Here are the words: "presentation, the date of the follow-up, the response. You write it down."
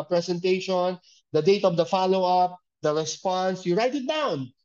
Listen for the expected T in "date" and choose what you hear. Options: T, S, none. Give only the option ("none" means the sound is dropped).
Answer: T